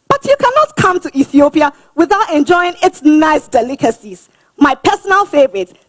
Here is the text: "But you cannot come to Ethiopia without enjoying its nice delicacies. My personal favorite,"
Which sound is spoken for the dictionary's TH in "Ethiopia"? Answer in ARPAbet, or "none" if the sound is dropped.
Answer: TH